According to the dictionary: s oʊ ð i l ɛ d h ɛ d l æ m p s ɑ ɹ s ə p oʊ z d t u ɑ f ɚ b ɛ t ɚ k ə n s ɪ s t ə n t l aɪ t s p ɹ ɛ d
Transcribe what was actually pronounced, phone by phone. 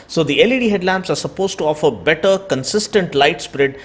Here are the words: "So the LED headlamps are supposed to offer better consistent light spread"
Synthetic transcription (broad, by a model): s oʊ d i l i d h ɛ d l æ m p s ɑ ɹ s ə p oʊ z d t u ɑ f ɚ b ɛ t ɚ k ə n s ɪ s t ə n t l aɪ t s p ɹ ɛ d